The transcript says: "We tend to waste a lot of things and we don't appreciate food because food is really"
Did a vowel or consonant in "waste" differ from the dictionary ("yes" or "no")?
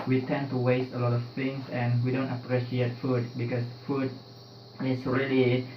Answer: no